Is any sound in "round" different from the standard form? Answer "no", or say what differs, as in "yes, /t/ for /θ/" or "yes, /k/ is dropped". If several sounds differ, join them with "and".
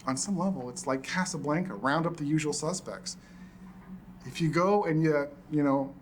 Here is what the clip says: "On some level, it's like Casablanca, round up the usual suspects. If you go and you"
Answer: no